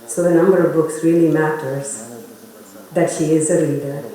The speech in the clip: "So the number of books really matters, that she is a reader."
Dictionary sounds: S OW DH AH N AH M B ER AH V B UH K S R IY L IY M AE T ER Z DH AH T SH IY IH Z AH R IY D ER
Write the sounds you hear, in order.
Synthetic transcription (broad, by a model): S OW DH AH N AH M B ER AH V B UH K S R IY L IY M AE T ER Z DH AH T SH IY IH Z AH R IY D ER